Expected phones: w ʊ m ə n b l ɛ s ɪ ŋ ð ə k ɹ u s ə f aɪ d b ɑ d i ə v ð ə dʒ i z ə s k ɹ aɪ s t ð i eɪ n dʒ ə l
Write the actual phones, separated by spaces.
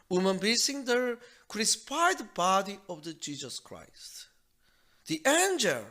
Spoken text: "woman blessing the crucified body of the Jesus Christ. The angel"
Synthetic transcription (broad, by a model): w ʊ m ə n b i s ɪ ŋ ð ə k ɹ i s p aɪ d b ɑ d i ə v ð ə dʒ i z ə s k ɹ aɪ s t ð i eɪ n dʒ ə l